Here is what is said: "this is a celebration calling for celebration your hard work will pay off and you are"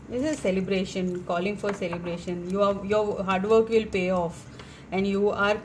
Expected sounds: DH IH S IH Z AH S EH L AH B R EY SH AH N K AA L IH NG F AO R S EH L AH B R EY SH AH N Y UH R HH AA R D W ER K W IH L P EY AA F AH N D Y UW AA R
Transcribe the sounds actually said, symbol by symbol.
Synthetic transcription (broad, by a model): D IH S IH Z S EH L AH B R EY SH AH N K AA L IH NG F AO R S EH L AH B R EY SH AH N Y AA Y HH AA R D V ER K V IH L P EY AA F AH N D Y UW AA R